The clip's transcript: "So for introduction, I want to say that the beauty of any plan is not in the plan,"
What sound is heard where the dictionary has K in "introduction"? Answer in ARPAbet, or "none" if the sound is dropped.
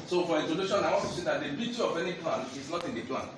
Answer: none